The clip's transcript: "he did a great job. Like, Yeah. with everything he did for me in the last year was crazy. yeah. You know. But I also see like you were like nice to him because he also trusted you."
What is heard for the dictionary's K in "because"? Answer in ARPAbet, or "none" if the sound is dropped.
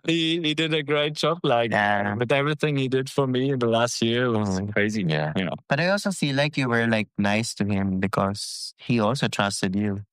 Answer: K